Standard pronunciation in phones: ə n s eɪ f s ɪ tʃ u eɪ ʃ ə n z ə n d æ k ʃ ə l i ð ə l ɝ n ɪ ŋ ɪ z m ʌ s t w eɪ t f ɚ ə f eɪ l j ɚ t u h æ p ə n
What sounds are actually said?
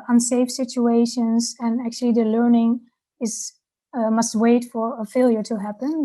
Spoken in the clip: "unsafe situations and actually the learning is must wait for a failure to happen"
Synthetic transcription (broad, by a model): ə n s eɪ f s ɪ tʃ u eɪ ʃ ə n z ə n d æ k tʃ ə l i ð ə l ɝ n ɪ ŋ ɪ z m ʌ s t w eɪ t f ɚ ə f eɪ l j ɚ t u h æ p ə n